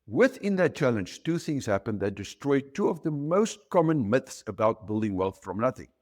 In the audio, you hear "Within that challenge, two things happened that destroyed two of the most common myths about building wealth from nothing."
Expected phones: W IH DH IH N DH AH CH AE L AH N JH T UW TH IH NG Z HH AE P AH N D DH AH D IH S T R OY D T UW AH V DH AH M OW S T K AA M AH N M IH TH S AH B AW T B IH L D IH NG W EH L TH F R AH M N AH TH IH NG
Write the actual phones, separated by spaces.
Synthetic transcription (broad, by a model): W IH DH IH N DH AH CH AE L AH N JH T UW TH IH NG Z HH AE P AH N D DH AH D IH S T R OY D T UW AH V DH AH M OW S T K AA M AH N M IH TH S AH B AW T B IH L D IH NG W EH L TH F R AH M N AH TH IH NG